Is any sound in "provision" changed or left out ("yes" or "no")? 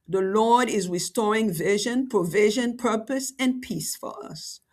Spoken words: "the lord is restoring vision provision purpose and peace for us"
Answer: no